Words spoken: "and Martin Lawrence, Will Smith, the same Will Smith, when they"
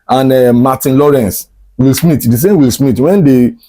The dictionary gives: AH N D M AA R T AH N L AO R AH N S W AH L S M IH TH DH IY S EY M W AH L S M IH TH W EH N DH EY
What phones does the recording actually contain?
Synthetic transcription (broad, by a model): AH N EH M AA T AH N L AO R AH N S W AH L S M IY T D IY S EY M W AH L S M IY T W EH N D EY